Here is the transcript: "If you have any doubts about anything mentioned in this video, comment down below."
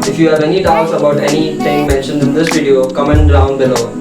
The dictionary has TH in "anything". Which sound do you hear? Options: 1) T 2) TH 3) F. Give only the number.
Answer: 1